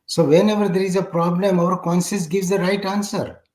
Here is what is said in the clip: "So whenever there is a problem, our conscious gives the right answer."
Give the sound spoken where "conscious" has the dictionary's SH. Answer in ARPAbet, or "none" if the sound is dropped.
S